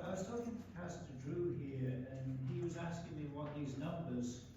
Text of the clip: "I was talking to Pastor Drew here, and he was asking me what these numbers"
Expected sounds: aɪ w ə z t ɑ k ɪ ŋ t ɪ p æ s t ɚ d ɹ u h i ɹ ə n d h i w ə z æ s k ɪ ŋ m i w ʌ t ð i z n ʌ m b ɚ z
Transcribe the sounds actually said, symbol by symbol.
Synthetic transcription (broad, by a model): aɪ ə s t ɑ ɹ t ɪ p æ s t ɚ d ɹ u h i ɹ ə n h i w ə z æ s k ɪ ŋ m i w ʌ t ð i z n ʌ m b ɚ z